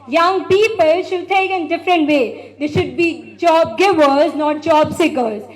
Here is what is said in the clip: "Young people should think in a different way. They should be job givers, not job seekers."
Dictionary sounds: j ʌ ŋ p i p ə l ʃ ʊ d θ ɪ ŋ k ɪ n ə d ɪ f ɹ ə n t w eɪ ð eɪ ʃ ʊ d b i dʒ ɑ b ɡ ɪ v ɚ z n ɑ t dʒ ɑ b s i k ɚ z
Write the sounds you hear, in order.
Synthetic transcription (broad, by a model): j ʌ ŋ p i p ə l ʃ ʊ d t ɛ k ɪ n d ɪ f ɹ ə n t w eɪ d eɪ ʃ ʊ d b i dʒ ɑ b ɡ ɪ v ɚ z n ɑ t dʒ ɑ b s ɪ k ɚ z